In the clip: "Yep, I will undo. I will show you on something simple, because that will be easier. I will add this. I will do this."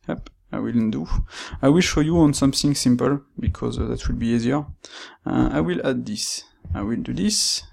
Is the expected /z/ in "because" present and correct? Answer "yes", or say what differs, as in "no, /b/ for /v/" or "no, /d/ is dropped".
yes